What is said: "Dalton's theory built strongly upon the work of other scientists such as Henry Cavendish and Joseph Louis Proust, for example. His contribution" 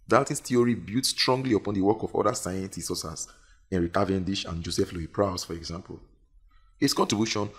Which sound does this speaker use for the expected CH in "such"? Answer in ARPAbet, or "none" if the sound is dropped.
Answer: S